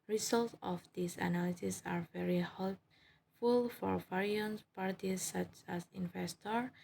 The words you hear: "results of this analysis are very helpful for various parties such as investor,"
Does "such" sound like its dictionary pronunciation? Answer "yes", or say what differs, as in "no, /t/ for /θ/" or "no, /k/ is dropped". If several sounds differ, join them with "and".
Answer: yes